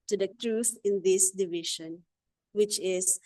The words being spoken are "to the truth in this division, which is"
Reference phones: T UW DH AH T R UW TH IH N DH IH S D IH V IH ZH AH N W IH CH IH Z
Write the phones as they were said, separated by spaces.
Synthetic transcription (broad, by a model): T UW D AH T R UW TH IH N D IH S D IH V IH SH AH N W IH CH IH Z